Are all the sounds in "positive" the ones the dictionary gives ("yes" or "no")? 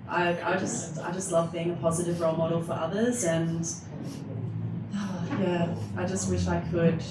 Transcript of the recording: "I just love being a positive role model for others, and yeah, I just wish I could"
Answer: yes